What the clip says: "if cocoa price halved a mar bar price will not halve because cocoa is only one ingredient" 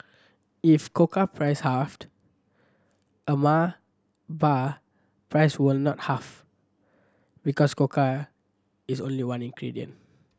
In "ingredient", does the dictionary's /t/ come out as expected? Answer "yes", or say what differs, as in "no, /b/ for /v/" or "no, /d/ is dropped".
no, /t/ is dropped